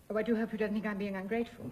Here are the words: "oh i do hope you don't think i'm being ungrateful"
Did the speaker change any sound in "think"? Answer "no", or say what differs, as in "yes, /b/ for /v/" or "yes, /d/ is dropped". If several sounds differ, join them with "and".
no